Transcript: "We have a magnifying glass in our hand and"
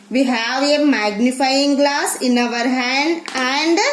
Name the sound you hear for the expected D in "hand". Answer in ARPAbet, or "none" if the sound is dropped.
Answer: D